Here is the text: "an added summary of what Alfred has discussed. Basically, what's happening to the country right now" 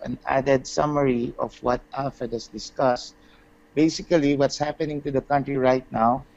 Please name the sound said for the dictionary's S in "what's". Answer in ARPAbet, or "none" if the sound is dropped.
S